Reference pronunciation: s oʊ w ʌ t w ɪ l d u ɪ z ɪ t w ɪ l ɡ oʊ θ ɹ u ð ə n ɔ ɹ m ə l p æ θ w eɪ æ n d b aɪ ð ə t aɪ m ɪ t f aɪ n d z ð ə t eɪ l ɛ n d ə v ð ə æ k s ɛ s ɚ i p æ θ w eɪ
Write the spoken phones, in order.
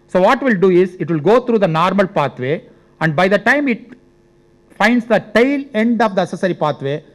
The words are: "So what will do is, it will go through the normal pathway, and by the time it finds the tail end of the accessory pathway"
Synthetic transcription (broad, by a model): s oʊ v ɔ t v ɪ l d u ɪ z ɪ t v ɪ l ɡ oʊ t ɹ u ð ə n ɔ ɹ m ə l p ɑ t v eɪ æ n d b aɪ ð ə t aɪ m ɪ t f aɪ n d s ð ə t eɪ l ɛ n d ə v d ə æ s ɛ s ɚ i p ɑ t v eɪ